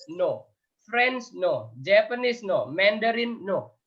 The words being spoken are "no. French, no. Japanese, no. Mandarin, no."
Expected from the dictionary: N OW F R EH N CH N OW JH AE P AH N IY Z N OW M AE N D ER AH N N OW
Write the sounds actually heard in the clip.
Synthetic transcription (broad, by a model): N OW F R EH N S N OW JH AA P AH N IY S N OW M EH N D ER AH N N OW